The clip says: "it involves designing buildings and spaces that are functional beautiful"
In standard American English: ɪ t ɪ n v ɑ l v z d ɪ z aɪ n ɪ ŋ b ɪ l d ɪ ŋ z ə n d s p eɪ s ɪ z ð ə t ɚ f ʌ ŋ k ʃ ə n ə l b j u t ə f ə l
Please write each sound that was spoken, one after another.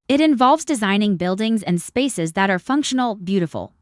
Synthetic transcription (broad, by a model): ɪ t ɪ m v ɑ l v z d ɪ z aɪ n ɪ ŋ b ɪ l d ɪ ŋ z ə n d s p eɪ s ɪ z ð ə t ɚ f ʌ ŋ k ʃ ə n l b j u t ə f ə l